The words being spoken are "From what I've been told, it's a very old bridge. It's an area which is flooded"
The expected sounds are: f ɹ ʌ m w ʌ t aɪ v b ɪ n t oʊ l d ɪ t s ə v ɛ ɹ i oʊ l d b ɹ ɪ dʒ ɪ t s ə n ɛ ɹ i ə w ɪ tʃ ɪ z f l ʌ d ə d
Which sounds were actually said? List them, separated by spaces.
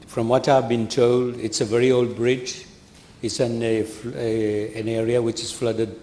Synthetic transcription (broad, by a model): f ɹ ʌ m w ʌ t aɪ v b ɪ n t oʊ l d ɪ t s ə v ɛ ɹ i oʊ l d b ɹ ɪ dʒ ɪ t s ə n ɛ ɹ i ə w ɪ tʃ ɪ z f l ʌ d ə d